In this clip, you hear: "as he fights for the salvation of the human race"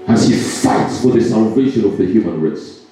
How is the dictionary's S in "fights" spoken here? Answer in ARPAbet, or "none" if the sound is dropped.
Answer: S